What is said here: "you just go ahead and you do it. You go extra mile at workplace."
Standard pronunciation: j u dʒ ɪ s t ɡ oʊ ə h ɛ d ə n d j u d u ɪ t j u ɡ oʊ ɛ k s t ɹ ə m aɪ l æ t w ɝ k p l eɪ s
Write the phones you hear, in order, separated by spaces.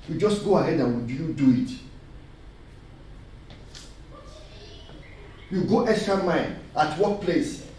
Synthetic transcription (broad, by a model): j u dʒ ɪ s t ɡ oʊ ə h ɛ d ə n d j u d u ɪ t j u ɡ oʊ ɛ k s t ɹ ə m aɪ n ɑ t w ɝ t p l eɪ s